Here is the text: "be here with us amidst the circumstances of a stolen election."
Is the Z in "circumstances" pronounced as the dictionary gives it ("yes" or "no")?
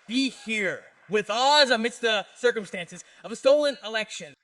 yes